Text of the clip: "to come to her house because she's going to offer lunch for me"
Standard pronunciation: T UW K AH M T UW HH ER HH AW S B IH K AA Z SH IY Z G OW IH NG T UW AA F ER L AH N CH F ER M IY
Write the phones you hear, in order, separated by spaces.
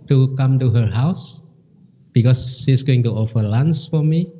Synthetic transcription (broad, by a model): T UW K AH M T UW HH ER HH AW S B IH K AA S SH IY S G OW IH NG T UW AA F ER L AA N S F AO M IY